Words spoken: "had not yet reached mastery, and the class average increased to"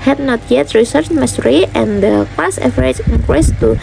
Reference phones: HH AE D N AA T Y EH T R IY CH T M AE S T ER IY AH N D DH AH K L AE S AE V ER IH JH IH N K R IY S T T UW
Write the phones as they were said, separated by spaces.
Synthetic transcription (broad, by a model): HH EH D N AA T Y EH T R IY S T M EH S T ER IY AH N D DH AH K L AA S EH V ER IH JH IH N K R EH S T T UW